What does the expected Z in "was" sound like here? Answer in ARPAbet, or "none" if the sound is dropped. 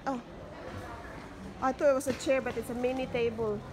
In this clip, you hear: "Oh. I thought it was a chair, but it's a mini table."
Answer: S